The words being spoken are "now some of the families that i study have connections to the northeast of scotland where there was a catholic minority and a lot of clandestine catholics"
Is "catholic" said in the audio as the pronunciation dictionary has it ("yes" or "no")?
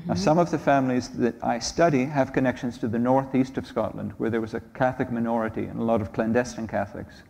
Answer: yes